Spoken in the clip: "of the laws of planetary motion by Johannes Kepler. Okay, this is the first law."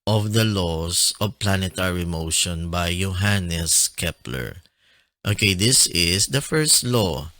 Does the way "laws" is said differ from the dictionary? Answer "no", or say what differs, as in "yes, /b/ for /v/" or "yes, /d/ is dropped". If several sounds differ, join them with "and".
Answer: yes, /s/ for /z/